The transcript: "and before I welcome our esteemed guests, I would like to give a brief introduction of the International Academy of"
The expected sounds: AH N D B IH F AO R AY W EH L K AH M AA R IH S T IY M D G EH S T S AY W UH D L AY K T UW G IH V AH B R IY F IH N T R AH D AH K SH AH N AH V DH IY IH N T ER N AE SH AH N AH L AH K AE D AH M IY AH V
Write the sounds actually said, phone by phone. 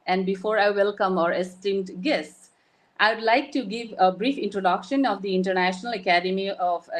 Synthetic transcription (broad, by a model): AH N D B IH F AO R AY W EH L K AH M AA R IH S T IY M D G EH S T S AY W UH D L AY K T UW G IH V AH B R IY F IH N T R AH D AH K SH AH N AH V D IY IH N T ER N AE SH AH N AH L AH K AE D AH M IY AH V